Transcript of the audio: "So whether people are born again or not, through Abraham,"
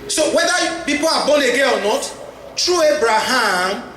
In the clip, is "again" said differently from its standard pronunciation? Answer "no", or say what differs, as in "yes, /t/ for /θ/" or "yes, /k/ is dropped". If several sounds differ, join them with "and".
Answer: yes, /n/ is dropped